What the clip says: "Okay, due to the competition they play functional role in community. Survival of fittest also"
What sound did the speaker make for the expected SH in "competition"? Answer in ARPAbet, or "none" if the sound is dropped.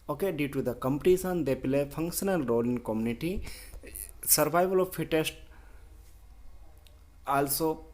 S